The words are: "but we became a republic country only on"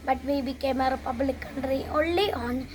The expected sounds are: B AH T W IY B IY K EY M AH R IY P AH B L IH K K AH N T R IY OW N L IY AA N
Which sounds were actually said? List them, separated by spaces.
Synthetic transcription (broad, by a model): B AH T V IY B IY K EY M AH R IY P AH B L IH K K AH N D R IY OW L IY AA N